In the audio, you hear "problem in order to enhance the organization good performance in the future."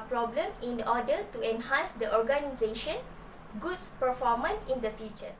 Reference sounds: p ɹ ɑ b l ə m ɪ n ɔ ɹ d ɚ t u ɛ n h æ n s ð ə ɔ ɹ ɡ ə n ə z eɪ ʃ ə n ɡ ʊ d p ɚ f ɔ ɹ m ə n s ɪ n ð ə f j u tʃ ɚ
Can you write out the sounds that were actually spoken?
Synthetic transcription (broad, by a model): p ɹ ɑ b l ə m ɪ n ɔ d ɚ t u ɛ n h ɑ n s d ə ɔ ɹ ɡ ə n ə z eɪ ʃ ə n ɡ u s p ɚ f ɔ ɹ m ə n ɪ n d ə f j u tʃ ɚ